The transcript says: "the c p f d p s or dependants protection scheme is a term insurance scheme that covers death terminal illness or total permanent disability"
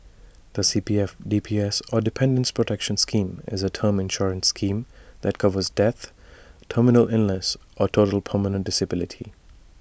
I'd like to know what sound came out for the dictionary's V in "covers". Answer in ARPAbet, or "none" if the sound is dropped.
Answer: V